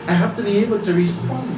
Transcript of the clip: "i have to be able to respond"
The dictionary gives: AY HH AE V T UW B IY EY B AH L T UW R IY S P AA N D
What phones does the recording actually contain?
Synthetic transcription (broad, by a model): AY HH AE F T UW B IY EY B AH L T UW R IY S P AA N